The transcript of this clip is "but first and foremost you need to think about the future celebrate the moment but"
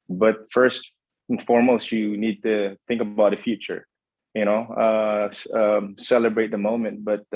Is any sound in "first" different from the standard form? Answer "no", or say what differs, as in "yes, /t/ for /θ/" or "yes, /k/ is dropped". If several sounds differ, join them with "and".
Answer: no